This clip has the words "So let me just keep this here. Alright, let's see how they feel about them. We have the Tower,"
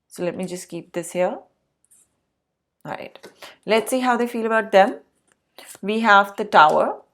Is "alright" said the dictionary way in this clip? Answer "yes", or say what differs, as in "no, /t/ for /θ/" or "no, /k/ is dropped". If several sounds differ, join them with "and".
no, /l/ is dropped